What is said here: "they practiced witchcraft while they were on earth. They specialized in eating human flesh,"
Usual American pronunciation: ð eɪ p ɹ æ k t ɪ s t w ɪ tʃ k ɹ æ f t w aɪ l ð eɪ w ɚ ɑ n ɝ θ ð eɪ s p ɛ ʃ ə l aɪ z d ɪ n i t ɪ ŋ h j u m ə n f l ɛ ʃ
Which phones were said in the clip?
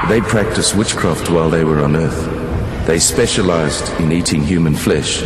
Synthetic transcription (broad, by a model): ð eɪ p ɹ æ k t ɪ s t w ɪ tʃ k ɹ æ f t w aɪ l ð eɪ w ɚ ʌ n ɝ θ ð eɪ s p ɛ ʃ ə l aɪ z d ɪ n i t ɪ ŋ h j u m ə n f l ɛ ʃ